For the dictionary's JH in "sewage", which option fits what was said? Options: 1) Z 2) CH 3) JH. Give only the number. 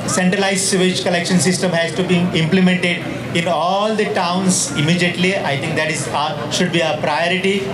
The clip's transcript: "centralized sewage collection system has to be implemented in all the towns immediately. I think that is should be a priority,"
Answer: 2